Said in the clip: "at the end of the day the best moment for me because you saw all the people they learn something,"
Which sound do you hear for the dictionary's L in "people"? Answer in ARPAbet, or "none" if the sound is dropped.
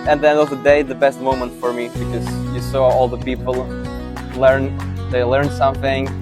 N